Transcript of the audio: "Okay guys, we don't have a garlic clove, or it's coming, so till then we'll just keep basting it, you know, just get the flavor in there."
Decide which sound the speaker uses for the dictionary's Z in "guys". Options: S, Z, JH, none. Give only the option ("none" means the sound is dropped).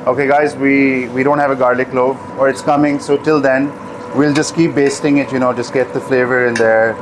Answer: Z